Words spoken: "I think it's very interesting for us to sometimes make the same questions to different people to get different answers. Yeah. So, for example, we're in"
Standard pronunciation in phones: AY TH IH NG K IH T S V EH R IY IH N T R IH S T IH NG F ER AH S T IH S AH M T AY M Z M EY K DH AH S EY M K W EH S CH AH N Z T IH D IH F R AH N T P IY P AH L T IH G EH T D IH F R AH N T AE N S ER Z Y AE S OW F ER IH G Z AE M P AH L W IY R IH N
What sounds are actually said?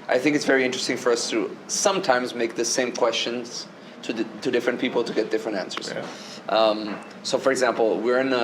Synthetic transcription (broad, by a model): AY TH IH NG K IH T S V EH R IY IH N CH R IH S T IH NG F ER AH S T IH S AH M T AY M Z M EY K DH AH S EY M K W EH S CH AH N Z T IH D IH F R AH N P IY P L T IH G EH T D IH F R AH N T AE N S ER Z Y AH S OW F ER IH G Z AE M P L W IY R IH N